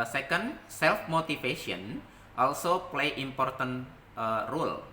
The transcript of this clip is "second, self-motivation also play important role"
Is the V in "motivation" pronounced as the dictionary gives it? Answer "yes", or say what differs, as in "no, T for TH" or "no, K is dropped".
no, F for V